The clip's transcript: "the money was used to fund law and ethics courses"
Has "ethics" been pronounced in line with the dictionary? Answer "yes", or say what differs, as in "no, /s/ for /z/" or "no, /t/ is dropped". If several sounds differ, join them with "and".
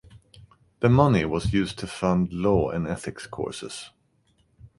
yes